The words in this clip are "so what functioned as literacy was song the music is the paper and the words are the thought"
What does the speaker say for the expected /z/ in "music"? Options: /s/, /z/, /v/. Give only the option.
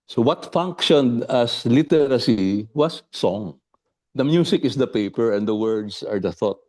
/s/